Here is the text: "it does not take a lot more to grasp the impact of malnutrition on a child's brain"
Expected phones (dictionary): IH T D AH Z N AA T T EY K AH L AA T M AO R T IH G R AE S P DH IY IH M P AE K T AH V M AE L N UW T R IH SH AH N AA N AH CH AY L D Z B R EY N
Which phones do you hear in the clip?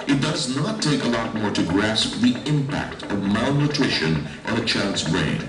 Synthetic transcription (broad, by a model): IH T D AH Z N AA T T EY K AH L AA T M AO R T IH G R AE S P DH IY IH M P AE K T AH V M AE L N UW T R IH SH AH N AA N AH CH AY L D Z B R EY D